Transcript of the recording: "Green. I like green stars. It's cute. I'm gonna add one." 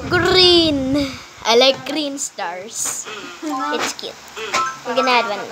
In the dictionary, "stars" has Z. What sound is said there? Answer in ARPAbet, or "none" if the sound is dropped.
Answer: S